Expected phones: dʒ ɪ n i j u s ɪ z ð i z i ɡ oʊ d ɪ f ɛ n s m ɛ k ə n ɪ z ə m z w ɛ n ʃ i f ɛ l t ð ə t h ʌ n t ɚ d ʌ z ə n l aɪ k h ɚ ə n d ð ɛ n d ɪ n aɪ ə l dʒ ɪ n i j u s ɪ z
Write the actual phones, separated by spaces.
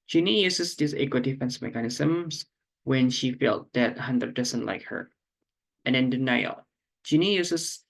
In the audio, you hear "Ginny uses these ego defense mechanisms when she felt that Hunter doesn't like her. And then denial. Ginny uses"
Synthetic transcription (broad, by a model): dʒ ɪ n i j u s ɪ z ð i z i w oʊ d ɪ f ɛ n s m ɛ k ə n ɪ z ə m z w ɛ n ʃ i f ɛ l t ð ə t h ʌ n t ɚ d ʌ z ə n l aɪ k h ɚ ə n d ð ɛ n d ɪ n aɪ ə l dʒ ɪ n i j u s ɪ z